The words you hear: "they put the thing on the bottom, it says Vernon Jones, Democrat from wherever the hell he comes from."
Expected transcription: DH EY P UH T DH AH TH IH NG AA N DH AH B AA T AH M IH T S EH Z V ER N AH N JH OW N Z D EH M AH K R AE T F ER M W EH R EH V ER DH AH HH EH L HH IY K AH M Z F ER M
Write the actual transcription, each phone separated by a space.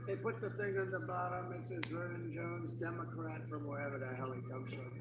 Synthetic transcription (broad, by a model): DH EY P UH T DH AH TH IH NG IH N DH AH B AA T AH M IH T S EH Z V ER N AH N JH OW N Z D EH M AH K R AE T F ER M W EH R EH V ER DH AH HH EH L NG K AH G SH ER